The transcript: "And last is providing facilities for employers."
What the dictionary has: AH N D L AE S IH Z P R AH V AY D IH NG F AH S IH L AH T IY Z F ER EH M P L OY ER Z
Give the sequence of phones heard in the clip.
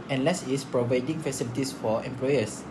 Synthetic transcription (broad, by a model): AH N L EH S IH S P R AH V AY D IH NG F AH S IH L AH T IY S F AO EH M P L OY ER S